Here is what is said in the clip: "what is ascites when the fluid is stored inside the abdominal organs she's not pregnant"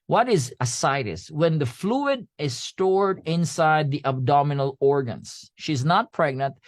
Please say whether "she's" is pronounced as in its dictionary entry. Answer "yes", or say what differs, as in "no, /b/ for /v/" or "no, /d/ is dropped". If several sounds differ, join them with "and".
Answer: yes